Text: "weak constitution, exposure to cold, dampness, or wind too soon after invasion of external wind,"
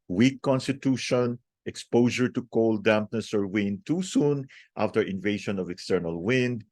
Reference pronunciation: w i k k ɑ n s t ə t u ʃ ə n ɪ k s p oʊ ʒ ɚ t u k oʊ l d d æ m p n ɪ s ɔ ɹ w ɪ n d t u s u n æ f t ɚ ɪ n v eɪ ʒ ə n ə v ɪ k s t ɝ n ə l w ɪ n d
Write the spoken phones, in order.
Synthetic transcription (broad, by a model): w i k k ɑ n s t ə t u ʃ ə n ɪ k s p oʊ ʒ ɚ t u k oʊ l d d æ m p n ɪ s ɔ ɹ w ɪ n d t u s u n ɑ f t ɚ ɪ n v eɪ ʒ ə n ə v ɪ k s t ɝ n ə l w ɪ n d